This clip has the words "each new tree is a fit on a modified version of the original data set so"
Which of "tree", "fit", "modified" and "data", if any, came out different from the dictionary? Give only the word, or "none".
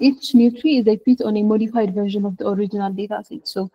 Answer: fit